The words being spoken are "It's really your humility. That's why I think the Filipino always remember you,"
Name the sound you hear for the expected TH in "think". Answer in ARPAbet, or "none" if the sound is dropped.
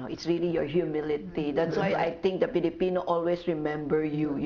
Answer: T